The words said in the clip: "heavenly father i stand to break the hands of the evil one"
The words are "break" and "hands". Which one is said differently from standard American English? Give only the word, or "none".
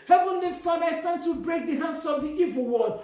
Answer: hands